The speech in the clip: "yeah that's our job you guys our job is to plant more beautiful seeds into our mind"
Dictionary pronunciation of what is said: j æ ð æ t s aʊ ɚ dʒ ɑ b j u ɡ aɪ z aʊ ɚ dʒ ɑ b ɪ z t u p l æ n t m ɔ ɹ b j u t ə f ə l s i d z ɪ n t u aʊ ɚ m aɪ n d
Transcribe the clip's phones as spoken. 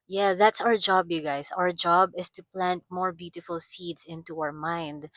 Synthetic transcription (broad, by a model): j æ ð æ t s aʊ ɚ dʒ ɑ b j u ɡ aɪ s aʊ ɚ dʒ ɑ b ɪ s t u p l æ n t m ɔ ɹ b j u t ə f ə l s i d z ɪ n t u aʊ ɚ m aɪ n d